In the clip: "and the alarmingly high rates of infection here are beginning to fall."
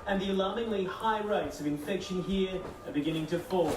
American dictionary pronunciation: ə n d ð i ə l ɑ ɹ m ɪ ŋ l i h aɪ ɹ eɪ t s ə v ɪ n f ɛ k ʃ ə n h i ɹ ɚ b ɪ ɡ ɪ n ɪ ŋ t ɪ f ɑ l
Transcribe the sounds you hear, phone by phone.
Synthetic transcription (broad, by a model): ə n ð i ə l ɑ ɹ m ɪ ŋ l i h aɪ ɹ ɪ t s ə v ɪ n f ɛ k ʃ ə n h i ɹ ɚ b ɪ ɡ ɪ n ɪ ŋ t ɪ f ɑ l